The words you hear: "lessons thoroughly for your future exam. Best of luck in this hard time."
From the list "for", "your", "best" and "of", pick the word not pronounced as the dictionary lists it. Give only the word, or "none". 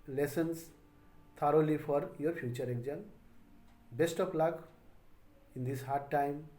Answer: of